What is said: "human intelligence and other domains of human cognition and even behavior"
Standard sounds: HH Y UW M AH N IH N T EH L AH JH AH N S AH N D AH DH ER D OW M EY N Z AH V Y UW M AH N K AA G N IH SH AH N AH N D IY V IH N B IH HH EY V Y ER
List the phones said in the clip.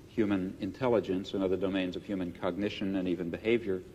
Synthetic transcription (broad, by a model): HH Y UW M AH N IH N T EH L AH JH AH N S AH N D AH DH ER D OW M EY N Z AH V Y UW M AH N K AA G N IH SH AH N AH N IY V IH N B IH HH EY V Y ER